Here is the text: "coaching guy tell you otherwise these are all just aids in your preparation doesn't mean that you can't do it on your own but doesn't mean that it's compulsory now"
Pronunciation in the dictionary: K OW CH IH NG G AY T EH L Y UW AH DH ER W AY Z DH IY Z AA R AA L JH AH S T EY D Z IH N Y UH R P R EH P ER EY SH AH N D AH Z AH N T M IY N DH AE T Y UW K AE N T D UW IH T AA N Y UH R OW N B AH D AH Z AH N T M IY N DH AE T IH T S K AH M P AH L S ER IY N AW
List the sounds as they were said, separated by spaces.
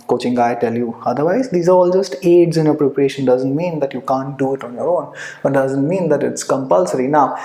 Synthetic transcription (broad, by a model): K OW CH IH NG G AY T EH L Y UW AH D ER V AY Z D IY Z AA R AA L JH AH S T EY D Z IH N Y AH P R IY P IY EY SH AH N D AH Z AH N T M IY N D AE T Y UW K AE N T D UW IH T AA N Y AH R OW N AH D AH Z AH N T M IY N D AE T IH T S K AH M P AH L S ER IY N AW